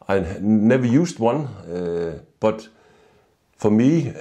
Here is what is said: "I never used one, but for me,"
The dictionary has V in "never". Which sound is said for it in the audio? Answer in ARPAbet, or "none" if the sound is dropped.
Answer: V